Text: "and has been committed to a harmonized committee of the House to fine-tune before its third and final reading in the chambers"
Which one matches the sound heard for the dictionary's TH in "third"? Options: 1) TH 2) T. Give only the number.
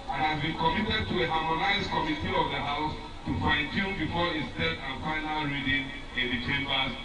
2